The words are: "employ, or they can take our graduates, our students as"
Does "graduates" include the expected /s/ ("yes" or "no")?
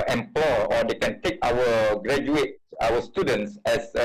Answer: no